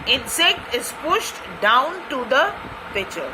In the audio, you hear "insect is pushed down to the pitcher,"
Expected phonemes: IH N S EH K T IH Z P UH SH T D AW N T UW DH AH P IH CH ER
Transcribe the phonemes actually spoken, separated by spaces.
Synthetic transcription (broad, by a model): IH N S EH K T IH Z P UH SH T D AW N T UW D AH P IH CH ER